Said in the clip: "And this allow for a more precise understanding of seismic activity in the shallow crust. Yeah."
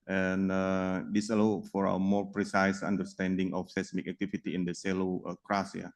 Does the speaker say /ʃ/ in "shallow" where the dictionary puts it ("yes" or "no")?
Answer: no